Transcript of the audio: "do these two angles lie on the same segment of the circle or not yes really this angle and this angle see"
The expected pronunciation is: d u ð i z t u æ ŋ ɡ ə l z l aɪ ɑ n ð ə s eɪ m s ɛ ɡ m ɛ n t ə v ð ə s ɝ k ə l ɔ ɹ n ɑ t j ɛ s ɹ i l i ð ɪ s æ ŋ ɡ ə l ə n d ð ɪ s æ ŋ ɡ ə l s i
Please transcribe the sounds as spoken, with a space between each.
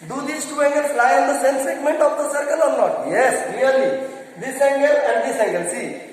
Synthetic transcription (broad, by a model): d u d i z t u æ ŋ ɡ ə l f l aɪ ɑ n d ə s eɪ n s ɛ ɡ m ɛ n t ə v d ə s ɝ k ə l ɔ ɹ n ɑ t j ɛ s l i l i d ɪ s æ ŋ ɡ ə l ə n d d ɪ s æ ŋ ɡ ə l s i